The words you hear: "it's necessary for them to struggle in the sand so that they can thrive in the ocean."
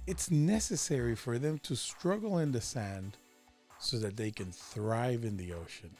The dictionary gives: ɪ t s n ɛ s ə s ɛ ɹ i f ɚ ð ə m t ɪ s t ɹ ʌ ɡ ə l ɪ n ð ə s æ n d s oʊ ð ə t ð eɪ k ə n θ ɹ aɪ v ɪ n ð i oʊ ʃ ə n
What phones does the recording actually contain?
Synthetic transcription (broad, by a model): ɪ t s n ɛ s ə s ɛ ɹ i f ɚ ð ə m t ɪ s t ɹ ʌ ɡ l ɪ n ð ə s æ n d s oʊ ð ə t ð eɪ k ə n θ ɹ aɪ v ɪ n ð i oʊ ʃ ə n